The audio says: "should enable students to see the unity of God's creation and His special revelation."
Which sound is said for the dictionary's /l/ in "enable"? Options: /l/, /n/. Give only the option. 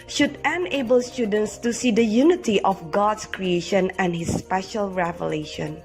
/l/